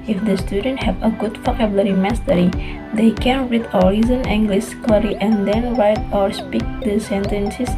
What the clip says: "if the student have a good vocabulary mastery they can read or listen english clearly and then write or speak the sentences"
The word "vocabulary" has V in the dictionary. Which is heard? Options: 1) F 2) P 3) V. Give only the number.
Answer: 1